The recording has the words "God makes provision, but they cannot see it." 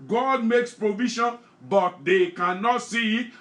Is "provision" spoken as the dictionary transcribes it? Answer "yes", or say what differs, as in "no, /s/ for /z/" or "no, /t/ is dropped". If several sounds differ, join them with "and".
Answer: no, /ʃ/ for /ʒ/